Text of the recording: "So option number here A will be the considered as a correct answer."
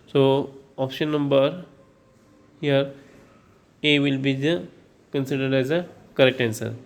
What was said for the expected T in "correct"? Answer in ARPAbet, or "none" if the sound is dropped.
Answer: T